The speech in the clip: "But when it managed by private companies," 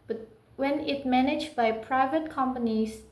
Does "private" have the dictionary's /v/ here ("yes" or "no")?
yes